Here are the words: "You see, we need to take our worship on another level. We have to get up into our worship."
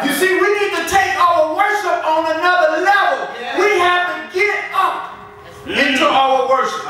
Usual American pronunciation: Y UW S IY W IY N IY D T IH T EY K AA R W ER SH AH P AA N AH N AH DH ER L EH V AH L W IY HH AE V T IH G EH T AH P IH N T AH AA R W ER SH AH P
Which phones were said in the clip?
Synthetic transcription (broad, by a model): Y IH S IY W IY N IY D T IH T EY K AA L W ER SH AH P N AH N AH DH ER L EH V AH L W IY HH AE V T IH G EH T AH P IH T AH AA L W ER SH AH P